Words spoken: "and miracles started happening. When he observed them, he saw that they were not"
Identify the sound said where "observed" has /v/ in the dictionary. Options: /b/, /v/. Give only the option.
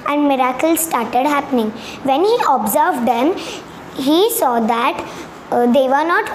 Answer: /v/